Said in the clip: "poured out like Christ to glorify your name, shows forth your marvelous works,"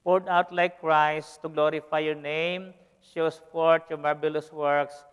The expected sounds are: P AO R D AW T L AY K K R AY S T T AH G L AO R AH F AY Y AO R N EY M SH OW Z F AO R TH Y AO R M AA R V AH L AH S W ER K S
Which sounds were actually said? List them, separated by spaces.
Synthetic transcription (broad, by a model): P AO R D AW T L AY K K R AY S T T AH G L AO R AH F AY Y AO R N EY M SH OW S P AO R T Y AO R M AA R B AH L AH S W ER K S